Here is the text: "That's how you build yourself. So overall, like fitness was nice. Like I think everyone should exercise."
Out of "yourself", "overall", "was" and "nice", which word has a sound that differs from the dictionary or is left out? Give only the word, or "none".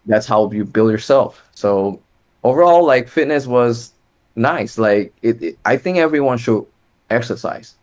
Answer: none